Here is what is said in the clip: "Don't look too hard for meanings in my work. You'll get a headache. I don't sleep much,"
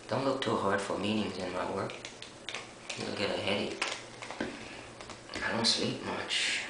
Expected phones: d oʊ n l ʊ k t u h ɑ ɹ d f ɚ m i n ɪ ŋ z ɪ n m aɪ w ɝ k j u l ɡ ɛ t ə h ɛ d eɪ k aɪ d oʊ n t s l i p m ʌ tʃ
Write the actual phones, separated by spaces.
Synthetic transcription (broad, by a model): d oʊ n l ʊ k t u h ɑ ɹ d f ɚ m i n ɪ ŋ z ɪ n m aɪ w ɝ k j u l ɡ ɛ t ə h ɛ d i aɪ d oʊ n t s l i p m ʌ tʃ